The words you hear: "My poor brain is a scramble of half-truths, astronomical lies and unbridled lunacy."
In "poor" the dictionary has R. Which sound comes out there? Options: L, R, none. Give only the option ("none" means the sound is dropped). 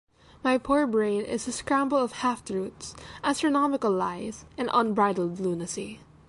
R